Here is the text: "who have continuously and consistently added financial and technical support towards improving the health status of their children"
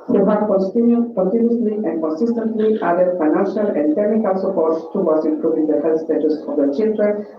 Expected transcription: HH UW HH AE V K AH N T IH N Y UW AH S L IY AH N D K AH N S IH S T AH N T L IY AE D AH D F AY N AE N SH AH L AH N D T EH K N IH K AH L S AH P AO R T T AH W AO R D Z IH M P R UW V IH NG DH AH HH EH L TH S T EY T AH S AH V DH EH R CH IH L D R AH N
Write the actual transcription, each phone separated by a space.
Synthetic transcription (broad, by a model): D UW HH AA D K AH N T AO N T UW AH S L IY AH N D K AH N S IH S T AH N T L IY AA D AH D F AY N AE N SH AH L AH N D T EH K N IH K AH L S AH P AO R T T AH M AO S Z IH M P R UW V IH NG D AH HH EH L T S T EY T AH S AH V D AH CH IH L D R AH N